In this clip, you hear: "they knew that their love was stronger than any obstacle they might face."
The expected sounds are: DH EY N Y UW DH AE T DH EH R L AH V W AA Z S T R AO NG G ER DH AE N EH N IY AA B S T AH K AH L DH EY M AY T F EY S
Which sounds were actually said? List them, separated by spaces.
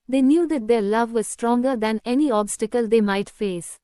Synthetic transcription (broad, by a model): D EY N Y UW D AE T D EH R L AH V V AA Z S T R AO NG G ER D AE N EH N IY AA B S T AH K AH L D EY M AY T F EY S